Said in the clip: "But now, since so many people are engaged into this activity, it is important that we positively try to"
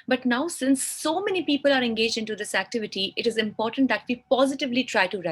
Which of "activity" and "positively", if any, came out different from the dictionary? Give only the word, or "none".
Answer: none